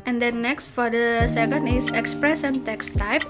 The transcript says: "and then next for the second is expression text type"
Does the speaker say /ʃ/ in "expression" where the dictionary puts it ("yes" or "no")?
no